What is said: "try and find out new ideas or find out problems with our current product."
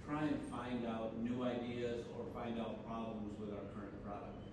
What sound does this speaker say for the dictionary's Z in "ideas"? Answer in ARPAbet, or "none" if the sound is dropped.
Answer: Z